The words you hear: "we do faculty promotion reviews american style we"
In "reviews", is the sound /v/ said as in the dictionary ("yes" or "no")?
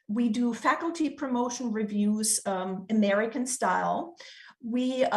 yes